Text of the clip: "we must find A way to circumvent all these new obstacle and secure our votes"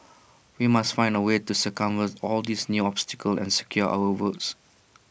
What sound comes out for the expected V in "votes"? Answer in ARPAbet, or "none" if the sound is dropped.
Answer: W